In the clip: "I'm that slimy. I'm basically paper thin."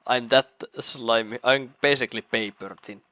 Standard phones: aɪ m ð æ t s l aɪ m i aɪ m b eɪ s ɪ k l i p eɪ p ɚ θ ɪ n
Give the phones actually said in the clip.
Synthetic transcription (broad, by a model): aɪ m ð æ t s l aɪ m i aɪ m b eɪ s ɪ k l i p eɪ p ɚ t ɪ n